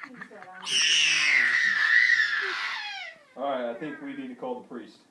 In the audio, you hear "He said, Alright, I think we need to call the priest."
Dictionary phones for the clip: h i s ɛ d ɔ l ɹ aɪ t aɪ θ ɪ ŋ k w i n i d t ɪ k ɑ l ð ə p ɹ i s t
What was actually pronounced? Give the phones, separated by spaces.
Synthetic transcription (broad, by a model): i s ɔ ɹ aɪ t aɪ θ ɪ ŋ k w i n i d t ɪ k ɑ l ð ə p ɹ i s t